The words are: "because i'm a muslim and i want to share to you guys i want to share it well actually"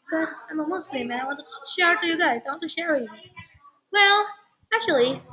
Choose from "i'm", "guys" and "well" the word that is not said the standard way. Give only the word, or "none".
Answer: none